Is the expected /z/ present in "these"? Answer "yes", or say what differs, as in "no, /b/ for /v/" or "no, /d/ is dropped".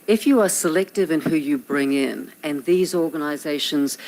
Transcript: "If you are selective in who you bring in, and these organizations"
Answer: yes